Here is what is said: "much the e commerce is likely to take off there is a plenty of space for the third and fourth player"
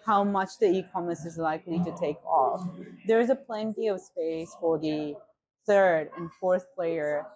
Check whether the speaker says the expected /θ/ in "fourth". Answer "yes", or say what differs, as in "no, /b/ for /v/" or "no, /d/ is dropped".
yes